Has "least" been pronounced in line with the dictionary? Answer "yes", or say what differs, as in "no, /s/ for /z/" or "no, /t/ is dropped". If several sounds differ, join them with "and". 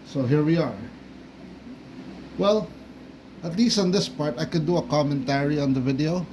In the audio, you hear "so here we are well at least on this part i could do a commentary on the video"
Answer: yes